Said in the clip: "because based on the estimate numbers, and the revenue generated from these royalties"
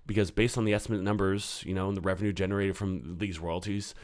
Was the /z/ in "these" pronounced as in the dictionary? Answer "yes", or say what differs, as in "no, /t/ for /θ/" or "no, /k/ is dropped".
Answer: yes